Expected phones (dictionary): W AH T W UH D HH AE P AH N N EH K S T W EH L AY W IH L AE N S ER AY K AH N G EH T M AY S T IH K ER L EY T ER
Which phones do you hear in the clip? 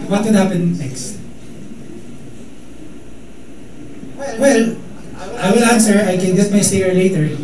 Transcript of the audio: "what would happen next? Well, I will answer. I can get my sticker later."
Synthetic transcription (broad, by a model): W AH T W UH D HH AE P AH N N EH K S T W EH L AY W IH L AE N S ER AY K AH N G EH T M AY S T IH ER L EY T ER